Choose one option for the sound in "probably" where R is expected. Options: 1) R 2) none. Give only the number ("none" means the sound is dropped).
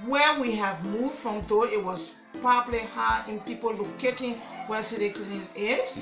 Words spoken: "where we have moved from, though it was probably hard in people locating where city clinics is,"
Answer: 2